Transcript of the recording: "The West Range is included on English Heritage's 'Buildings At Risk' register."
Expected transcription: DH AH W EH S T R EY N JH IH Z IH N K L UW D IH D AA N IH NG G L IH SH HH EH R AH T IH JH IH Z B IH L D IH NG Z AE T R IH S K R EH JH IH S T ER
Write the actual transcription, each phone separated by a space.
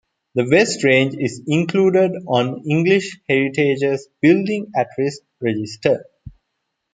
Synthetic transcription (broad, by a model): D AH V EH S T R EY N JH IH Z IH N K L UW D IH D AA N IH NG G L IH SH HH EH R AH T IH JH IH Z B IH L D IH NG AE T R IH S R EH JH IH S T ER